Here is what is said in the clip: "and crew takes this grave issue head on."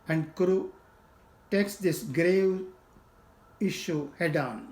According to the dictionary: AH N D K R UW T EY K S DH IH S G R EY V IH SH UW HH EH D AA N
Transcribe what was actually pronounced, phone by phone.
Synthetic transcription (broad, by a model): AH N D K R UW T EY K S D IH S G R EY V IH SH UW HH EH D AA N